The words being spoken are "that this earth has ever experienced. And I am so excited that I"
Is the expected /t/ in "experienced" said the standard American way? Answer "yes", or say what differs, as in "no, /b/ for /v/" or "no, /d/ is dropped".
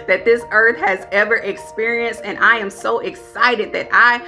yes